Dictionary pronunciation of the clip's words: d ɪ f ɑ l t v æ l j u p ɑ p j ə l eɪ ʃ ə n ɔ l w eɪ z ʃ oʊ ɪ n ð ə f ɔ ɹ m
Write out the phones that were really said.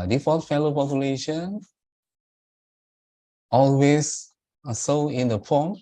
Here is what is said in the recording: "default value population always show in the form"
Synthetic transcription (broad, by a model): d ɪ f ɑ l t f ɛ l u p ɑ p j ə l eɪ ʃ ə n ɔ l w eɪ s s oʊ ɪ n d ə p ɔ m